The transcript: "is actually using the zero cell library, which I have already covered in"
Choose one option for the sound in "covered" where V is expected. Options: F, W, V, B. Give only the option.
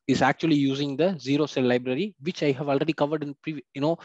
V